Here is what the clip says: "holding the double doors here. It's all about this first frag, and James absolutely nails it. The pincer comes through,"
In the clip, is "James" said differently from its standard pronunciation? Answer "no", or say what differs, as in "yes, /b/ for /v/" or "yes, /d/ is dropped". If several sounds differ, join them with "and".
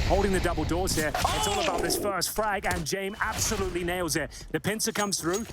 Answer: yes, /z/ is dropped